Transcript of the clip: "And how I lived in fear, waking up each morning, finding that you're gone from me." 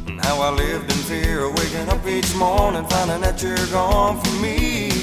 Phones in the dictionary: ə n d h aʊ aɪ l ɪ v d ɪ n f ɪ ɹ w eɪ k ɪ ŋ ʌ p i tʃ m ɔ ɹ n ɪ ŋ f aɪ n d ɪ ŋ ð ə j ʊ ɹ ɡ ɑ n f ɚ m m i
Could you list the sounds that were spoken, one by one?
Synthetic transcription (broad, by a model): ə n h aʊ aɪ l ɪ v d ɪ n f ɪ ɹ w eɪ k ɪ ŋ ʌ p i tʃ m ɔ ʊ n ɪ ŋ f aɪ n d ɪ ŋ ð ə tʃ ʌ ɹ ɡ ɑ n f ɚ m m i